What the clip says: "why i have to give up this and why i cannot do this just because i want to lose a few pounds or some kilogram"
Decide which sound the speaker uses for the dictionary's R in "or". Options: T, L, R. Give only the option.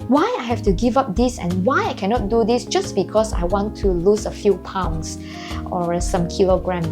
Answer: R